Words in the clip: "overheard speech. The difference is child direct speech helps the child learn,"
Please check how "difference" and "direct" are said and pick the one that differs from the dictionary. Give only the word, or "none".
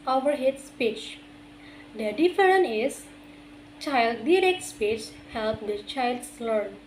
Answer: difference